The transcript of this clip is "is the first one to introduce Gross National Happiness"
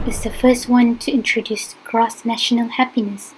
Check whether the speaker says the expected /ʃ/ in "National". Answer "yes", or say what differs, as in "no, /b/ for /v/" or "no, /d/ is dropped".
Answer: yes